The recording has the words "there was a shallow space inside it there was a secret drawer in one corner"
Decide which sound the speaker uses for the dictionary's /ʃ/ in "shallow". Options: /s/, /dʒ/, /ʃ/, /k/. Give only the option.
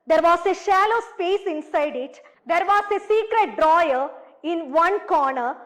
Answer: /ʃ/